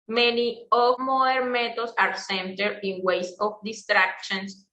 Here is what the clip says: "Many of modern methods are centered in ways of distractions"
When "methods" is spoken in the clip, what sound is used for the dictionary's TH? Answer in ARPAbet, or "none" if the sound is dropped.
T